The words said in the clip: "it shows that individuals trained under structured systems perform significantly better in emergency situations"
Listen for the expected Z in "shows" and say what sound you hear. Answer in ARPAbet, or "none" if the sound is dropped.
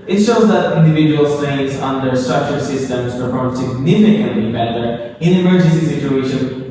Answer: Z